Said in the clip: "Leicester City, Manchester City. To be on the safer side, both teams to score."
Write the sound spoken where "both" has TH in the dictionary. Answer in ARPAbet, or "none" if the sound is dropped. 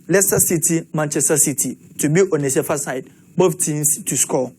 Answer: F